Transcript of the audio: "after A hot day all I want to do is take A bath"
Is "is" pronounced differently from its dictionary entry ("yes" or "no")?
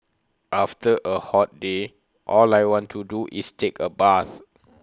yes